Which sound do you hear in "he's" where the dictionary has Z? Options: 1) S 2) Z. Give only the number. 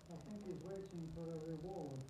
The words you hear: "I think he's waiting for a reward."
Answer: 2